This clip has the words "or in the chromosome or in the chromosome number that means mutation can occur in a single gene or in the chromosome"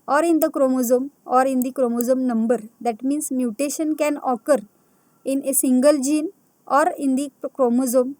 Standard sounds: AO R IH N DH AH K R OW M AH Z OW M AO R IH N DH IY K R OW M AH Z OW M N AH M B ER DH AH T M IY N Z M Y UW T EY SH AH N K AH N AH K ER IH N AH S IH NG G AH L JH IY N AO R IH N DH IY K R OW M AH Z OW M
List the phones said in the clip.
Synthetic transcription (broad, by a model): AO R IH N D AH K R OW M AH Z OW M AO R IH N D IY K R OW M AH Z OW M N AH M B ER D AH T M IY N S M Y UW T EY SH AH N K AH N AH K ER IH N AH S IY NG G AH L JH IY N AO R IH N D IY K R OW M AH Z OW M